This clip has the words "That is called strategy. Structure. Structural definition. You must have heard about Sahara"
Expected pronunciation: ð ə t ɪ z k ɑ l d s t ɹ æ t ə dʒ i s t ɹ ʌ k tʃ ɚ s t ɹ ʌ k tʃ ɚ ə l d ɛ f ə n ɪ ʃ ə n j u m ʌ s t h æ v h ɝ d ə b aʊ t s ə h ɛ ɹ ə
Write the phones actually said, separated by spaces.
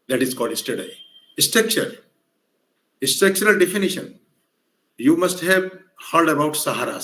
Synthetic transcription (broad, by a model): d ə t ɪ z k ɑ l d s t ɛ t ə i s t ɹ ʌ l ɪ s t ʌ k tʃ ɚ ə l d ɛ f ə n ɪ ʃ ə n j u m ʌ s t h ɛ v h ɝ d ə b aʊ t s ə h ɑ ɹ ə